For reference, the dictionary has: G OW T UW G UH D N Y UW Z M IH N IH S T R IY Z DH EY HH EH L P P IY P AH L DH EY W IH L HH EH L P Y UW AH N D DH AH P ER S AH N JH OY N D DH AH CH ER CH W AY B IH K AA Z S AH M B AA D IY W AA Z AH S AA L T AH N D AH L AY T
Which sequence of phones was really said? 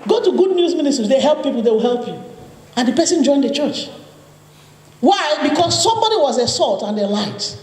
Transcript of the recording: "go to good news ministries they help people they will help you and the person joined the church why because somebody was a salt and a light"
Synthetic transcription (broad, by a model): G OW T UW G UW D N Y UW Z M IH N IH S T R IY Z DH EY HH EH L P P IY P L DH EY W IH L HH EH L P Y UW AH N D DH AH P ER S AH N JH OY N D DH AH CH ER CH W AY B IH K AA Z S AH M B AA D IY W AA Z AH S AA L T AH N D AH L AY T